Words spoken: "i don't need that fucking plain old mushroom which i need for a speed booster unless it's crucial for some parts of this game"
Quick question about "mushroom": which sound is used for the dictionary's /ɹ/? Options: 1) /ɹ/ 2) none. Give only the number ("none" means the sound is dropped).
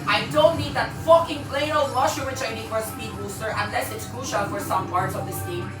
2